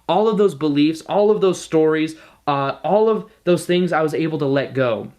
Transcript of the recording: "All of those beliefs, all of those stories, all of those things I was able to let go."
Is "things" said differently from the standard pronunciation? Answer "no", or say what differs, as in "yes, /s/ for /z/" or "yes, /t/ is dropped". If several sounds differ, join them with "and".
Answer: no